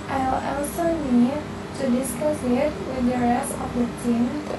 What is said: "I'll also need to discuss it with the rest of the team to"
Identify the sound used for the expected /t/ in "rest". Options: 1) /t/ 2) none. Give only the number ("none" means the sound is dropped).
2